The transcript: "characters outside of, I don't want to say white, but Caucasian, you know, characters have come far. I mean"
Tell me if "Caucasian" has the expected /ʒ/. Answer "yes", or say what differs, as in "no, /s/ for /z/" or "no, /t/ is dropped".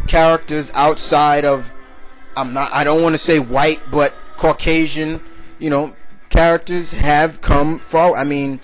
yes